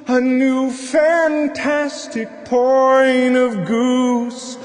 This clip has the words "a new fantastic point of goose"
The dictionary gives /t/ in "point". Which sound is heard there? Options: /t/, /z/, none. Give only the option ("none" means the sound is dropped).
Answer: none